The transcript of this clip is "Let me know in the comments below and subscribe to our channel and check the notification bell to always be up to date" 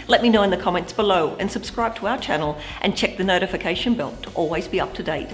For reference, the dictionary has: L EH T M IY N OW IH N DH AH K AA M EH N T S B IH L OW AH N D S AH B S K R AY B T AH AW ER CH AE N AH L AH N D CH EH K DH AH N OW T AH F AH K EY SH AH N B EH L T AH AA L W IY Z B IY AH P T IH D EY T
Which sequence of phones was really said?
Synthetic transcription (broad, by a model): L EH T M IY N OW IH N DH AH K AA M EH N T S B IH L OW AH N S AH B S K R AY B T AH AW ER CH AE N L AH N CH EH K DH AH N OW T AH F AH K EY SH AH N B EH L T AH AA L W IY Z B IY AH P T IH D EY T